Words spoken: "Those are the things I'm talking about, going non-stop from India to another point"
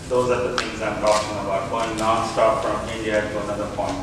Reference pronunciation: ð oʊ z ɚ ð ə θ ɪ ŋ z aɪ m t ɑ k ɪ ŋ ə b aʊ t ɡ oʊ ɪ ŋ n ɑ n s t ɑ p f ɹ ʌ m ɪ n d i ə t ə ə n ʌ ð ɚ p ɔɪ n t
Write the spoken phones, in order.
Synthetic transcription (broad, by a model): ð oʊ z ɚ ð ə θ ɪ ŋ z aɪ m t ɑ k ɪ ŋ ə b aʊ t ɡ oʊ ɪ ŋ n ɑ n s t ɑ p f ɹ ʌ m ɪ d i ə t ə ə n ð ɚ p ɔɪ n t